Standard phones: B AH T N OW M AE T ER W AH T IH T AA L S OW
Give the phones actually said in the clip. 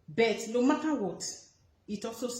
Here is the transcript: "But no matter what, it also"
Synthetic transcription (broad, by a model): B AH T L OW M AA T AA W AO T IH T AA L S OW